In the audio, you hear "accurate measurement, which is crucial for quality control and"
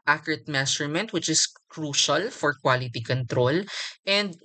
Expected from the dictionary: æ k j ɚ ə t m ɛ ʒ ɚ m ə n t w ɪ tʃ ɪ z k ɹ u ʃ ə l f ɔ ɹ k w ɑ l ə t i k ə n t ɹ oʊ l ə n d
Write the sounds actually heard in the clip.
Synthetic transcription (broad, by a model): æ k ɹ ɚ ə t m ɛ s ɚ m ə n t w ɪ tʃ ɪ s k ɹ u ʃ ə l f ɔ ɹ k w ɑ l ə t i k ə n t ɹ oʊ l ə n d